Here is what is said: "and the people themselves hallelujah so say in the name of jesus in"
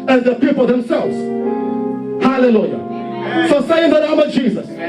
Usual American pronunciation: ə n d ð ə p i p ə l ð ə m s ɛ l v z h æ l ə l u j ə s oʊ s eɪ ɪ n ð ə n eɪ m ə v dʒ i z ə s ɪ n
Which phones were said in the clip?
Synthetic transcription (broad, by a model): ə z ð ə p i p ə l ð ə m s ɛ l v z h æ l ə l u j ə s oʊ s eɪ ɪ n ð ə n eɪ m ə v dʒ i z ə s